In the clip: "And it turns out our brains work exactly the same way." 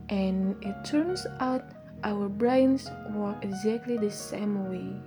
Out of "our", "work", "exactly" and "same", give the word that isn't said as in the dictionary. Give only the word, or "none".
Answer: work